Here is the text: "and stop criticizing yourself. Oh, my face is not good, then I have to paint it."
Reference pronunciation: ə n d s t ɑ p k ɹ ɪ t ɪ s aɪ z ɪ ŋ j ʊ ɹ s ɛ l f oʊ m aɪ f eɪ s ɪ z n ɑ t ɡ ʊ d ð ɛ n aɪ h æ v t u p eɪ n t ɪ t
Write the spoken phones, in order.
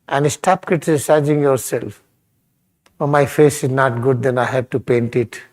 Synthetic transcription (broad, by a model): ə n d s t ɑ p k ɪ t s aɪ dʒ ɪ ŋ j ʊ ɹ s ɛ l f oʊ m aɪ f eɪ s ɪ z n ɑ t ɡ ʊ d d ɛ n aɪ h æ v t u p eɪ n t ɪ t